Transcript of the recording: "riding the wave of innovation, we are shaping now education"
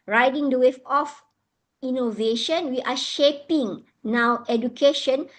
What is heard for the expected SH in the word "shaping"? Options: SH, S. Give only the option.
SH